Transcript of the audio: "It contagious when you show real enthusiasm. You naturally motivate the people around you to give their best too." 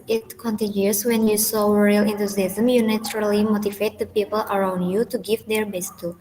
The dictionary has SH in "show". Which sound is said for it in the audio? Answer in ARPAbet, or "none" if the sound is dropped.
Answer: S